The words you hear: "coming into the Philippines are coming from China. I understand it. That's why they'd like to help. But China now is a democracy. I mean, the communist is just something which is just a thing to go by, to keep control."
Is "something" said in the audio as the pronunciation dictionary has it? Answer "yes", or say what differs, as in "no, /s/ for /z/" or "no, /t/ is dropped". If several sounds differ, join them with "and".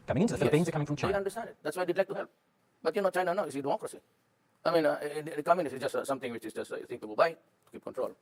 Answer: no, /t/ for /θ/